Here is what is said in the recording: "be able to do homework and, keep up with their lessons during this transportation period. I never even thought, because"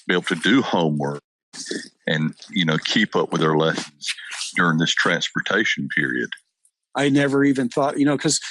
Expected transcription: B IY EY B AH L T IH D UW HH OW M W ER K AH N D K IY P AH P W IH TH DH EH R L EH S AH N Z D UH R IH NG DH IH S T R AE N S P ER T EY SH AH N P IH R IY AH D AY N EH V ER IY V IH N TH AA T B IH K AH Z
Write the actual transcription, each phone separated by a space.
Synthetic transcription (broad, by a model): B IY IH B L T IH D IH HH OW M W ER K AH N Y K IY P AH P W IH DH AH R L EH S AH N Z D UH R IH NG DH IH S T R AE N S P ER T EY SH N P IH R IY AH D AY N EH V ER IY V IH N TH AA T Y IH K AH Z